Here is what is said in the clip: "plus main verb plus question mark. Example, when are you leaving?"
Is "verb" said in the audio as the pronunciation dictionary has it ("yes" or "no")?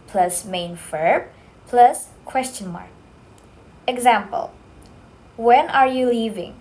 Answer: no